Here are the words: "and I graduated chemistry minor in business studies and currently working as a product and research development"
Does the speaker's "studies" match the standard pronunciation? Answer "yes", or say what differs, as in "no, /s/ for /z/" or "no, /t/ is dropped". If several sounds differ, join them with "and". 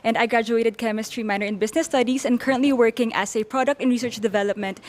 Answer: no, /s/ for /z/